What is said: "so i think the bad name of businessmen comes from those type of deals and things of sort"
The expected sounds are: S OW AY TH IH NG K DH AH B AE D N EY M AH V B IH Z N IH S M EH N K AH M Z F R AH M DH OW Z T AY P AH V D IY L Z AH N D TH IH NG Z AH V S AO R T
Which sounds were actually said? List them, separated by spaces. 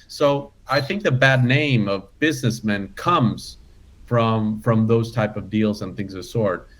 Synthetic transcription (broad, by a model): S OW AY TH IH NG K DH AH B AE D N EY M AH V B IH Z N IH S M EH N K AH M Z F R AH M DH OW Z T AY P AH V D IY L Z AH N TH IH NG Z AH S AO R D